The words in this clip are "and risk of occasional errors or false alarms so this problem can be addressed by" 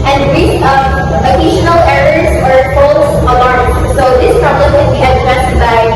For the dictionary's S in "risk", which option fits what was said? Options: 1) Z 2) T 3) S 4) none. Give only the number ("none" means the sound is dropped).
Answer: 4